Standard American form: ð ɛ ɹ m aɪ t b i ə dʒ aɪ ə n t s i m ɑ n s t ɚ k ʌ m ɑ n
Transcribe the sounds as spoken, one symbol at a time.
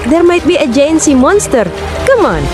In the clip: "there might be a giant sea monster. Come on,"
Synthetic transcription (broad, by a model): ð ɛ ɹ m aɪ t b i ə dʒ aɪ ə n s i m ɑ n s t ɚ k ʌ m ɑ n